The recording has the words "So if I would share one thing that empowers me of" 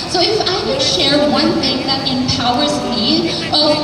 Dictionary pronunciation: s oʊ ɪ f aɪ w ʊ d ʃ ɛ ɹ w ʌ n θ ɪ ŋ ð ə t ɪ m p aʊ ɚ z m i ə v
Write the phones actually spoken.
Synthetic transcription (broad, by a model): s oʊ ɪ f aɪ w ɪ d ʃ ɛ ɹ w ʌ n θ ɪ ŋ ð ə t ɪ m p aʊ ɚ z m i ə